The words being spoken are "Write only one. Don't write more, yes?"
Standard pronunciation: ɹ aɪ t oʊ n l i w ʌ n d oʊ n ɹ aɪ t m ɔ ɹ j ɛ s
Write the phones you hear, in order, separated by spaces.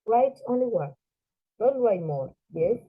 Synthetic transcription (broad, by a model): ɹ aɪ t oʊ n i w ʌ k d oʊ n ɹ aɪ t m ɔ ɹ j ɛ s